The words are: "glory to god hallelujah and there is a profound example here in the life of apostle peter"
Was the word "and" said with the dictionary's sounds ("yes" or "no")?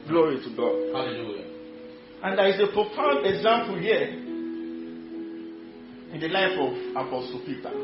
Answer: yes